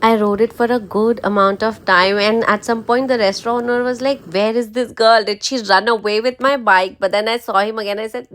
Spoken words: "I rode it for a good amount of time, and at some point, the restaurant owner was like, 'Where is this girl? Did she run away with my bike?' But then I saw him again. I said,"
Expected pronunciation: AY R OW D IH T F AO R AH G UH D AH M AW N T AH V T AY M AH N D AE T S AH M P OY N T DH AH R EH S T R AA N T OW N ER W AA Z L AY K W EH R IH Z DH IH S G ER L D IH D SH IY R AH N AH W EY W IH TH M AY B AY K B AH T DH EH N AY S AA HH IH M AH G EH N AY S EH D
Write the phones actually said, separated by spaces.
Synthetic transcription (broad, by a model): AY R OW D IH T F AO R AH G UH D AH M AW N T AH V T AY M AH N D AE T S AH M P OY N T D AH R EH S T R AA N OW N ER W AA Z L AY K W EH R IH Z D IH S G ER L D IH D SH IY R AH N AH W EY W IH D M AY B AY K B AH T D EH N AY S AA HH IH M AH G EH N AY S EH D